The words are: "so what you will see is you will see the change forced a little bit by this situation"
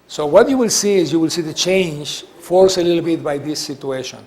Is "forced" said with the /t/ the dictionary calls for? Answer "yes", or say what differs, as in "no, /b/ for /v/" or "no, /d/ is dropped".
no, /t/ is dropped